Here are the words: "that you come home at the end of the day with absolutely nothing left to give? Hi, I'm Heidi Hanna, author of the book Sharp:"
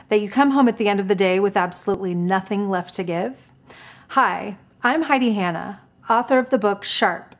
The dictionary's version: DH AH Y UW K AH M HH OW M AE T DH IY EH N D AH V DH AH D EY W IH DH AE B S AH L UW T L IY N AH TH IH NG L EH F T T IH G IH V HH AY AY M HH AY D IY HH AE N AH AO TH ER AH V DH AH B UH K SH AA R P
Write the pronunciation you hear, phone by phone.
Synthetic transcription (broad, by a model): DH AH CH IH K AH M HH OW M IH T DH IY EH N D AH V DH AH D EY W IH DH AE B S AH L UW T L IY N AH TH IH NG L EH F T T IH G IH V HH AY AY M HH AY D IY HH AE N AH AO TH ER AH V DH AH B UH K SH AA R P